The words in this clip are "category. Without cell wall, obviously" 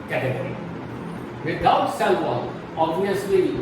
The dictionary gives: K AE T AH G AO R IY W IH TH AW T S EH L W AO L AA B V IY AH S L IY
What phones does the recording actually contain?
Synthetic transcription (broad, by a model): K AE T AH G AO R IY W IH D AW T S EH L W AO N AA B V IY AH S L IY